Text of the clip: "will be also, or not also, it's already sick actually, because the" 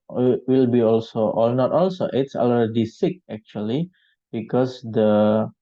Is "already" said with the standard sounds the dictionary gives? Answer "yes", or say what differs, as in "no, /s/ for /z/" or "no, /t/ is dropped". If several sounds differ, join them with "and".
no, /ɹ/ is dropped